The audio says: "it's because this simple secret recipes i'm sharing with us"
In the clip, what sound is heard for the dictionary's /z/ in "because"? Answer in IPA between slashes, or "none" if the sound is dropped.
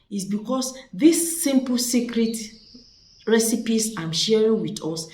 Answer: /s/